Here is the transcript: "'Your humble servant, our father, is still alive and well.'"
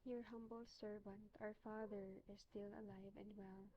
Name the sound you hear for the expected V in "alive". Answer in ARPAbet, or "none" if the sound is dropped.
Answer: V